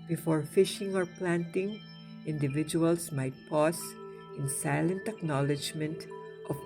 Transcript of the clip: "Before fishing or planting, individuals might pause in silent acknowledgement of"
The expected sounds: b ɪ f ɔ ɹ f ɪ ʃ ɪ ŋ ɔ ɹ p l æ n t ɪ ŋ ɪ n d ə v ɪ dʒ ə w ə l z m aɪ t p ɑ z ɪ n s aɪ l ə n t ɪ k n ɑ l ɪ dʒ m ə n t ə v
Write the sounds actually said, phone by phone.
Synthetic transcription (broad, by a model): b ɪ f ɔ ɹ f ɪ ʃ ɪ ŋ ɔ ɹ p l æ n t ɪ ŋ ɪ n d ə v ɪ dʒ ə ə l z m aɪ t p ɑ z ɪ n s aɪ l ə n t ɪ k n ɑ l ɪ dʒ m ə n t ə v